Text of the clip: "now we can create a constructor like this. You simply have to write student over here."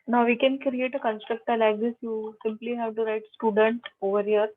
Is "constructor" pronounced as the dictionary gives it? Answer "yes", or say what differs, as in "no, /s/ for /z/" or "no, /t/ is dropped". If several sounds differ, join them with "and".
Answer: yes